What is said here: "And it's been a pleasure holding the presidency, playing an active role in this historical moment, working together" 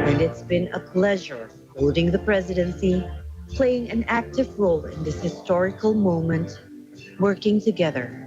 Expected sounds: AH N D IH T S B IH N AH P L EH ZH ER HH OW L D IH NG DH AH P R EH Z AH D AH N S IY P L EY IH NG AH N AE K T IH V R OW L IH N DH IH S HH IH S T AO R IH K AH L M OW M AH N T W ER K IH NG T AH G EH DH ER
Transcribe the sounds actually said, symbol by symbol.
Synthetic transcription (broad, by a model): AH N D IH T S B IH N AH P L EH ZH ER HH OW L D IH NG DH AH P R EH Z AH D AH N S IY P L EY IH NG AH N AE K T IH V R OW L IH N DH IH S HH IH S T AO R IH K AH L M OW M AH N T W ER K IH NG T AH G EH DH ER